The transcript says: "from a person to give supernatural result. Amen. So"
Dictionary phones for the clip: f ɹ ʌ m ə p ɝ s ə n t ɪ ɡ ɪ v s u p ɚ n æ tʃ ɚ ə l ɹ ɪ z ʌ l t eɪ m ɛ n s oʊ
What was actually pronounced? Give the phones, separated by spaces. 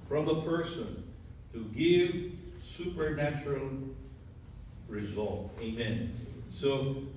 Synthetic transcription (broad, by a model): f ɹ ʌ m ə p ɝ s ə n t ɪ ɡ ɪ v s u p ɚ n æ tʃ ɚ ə l ɹ ɪ z ʌ l t eɪ m ɛ n s oʊ